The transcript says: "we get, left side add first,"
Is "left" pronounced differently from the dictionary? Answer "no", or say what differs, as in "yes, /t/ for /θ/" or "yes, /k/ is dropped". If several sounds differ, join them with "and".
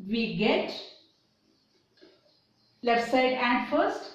yes, /f/ is dropped